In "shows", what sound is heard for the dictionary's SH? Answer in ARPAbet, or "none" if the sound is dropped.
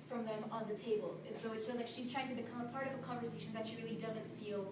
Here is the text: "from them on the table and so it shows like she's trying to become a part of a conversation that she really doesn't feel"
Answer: S